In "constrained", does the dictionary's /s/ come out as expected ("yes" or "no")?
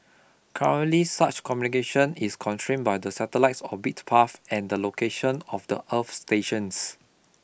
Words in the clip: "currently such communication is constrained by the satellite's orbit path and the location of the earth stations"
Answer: no